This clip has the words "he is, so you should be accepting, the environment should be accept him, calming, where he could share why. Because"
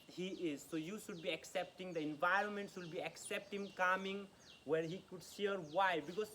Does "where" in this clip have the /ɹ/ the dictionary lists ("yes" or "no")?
yes